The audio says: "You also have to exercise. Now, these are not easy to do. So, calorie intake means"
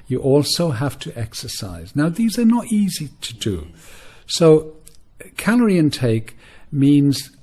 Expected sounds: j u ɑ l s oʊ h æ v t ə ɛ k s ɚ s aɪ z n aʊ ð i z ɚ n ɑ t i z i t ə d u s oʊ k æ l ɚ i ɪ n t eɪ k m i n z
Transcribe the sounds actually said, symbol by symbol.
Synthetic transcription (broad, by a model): j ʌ ɑ l s oʊ h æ f t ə ɛ k s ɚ s aɪ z n aʊ ð i z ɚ n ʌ t i z i t ə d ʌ s oʊ k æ l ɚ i ɪ n t eɪ k m i n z